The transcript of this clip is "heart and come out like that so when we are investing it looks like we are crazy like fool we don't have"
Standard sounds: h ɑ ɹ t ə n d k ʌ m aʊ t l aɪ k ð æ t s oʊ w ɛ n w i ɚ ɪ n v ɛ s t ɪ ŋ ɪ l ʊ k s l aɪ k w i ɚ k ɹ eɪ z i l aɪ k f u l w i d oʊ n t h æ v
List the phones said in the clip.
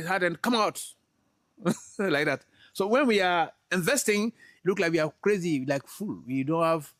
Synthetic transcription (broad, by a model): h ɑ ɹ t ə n k ʌ m aʊ t l aɪ k ð æ t s oʊ w ɛ n w i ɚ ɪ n v ɛ s t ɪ ŋ l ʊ k l aɪ k w i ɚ k ɹ eɪ z i l aɪ k f u l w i d oʊ n t h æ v